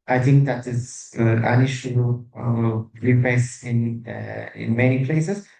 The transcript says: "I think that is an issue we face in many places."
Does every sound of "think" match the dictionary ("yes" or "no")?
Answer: no